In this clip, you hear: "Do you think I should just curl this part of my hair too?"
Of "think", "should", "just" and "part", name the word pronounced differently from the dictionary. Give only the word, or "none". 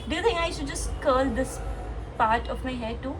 think